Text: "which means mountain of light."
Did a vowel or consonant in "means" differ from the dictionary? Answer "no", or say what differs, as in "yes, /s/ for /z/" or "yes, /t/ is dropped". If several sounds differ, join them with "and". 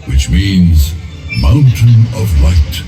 no